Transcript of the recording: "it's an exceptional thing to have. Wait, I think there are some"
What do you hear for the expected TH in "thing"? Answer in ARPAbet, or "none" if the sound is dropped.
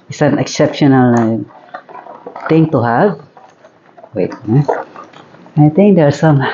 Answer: T